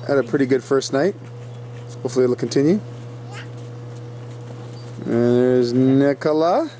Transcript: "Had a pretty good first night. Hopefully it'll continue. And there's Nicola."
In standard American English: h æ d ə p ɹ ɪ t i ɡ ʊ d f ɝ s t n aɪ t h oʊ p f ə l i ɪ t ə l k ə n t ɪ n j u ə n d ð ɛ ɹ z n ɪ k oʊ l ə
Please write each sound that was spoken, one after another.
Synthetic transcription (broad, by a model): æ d ə p ɹ ɪ t i ɡ ʊ d f ɝ s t n aɪ t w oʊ f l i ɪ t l k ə n t ɪ n j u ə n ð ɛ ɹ z n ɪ k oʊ l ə